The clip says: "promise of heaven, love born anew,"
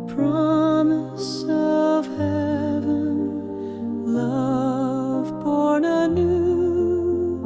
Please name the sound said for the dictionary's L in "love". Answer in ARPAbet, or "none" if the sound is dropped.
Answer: L